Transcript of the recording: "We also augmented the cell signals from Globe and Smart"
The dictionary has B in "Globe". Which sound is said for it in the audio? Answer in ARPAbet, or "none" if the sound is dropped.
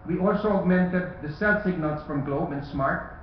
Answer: B